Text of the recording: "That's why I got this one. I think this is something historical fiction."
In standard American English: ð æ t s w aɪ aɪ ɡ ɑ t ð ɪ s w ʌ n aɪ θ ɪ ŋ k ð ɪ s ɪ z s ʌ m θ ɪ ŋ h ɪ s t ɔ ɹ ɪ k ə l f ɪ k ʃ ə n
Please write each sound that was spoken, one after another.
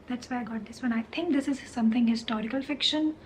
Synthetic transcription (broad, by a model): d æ t s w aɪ aɪ ɡ ɑ t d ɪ s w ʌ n aɪ t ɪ ŋ k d ɪ s ɪ z s ʌ m t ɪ ŋ h ɪ s t ɔ ɹ ɪ k ə l f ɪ k ʃ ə n